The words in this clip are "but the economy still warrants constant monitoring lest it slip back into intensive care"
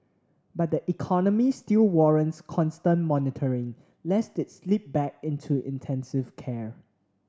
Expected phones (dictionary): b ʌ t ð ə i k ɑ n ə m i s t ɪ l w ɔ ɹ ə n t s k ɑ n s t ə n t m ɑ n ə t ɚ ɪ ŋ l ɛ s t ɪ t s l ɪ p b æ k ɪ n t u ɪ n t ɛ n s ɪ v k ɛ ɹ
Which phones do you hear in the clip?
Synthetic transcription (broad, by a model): b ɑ t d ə i k ɑ n ə m i s t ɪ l w ɔ ɹ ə n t s k ɑ n s t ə n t m ɑ n ə t ɚ ɪ ŋ l ɛ s t ɪ t s l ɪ p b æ k ɪ n t u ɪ n t ɛ n s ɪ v k ɛ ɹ